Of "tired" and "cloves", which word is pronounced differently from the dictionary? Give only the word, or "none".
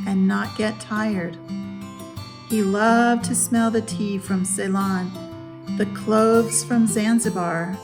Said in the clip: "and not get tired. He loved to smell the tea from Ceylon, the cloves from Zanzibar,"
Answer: none